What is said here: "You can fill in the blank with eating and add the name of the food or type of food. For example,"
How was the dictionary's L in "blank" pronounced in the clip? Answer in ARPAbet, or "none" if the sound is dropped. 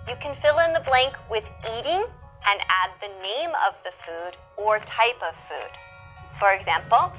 L